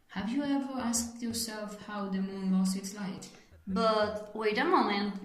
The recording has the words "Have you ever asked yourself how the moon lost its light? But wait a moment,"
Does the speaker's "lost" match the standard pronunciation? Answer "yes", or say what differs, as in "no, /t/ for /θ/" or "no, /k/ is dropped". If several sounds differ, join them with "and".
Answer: no, /t/ is dropped